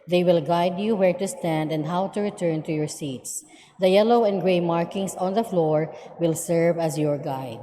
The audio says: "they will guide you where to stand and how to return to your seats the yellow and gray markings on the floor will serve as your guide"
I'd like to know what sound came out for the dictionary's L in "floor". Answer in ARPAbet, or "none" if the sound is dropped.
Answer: L